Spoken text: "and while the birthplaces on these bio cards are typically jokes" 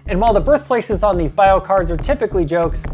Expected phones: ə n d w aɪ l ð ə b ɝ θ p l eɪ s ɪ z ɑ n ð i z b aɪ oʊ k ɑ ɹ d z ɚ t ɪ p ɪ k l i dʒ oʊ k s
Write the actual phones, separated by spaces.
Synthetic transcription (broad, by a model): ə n w aɪ l ð ə b ɝ θ p l eɪ s ɪ z n ð i z b aɪ oʊ k ɑ ɹ d z ɚ t ɪ p ɪ k l i dʒ oʊ k s